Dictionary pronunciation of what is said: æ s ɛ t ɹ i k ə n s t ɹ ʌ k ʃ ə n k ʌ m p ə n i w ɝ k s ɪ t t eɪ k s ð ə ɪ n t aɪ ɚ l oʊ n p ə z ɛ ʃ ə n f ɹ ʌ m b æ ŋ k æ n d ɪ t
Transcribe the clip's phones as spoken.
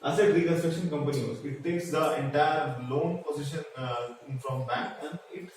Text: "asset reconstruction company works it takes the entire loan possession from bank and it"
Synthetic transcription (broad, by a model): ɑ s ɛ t ɹ i k ə n s t ɹ ʌ k ʃ ə n k ʌ m p ə n i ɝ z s ɪ t t eɪ k s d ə ɪ n t aɪ ɚ l oʊ n p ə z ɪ ʃ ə n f ɹ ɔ m b æ ŋ k æ n d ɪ t